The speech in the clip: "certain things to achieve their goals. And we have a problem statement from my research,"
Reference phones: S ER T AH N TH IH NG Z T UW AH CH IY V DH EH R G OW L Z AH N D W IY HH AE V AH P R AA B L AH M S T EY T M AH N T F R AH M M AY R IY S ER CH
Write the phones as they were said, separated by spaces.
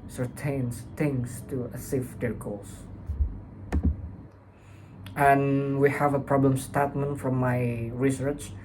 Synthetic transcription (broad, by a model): S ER T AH N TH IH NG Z T UW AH S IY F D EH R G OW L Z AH N W IY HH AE V AH P R AA B L AH M S T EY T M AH N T F R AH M M AY R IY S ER CH